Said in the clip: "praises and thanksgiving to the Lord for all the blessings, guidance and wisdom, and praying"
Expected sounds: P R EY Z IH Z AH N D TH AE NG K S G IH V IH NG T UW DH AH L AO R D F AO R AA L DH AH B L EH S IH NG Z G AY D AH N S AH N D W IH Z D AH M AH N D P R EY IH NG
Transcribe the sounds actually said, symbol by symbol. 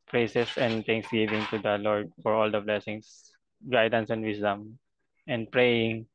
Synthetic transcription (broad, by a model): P R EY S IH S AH N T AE NG K S G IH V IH NG T UW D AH L AO R D F AO R AA L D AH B L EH S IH NG S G AY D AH N S AH N D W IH S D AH M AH N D P R EY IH NG